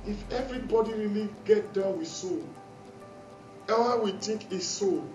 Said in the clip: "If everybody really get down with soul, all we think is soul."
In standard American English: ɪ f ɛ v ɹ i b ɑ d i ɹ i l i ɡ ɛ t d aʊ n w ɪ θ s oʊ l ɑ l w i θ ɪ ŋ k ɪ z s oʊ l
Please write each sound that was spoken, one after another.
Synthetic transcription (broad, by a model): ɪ f ɛ v ɹ i b ɑ d i ɹ i l i ɡ ɛ t d aʊ n w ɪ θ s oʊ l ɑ w i t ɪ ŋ k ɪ s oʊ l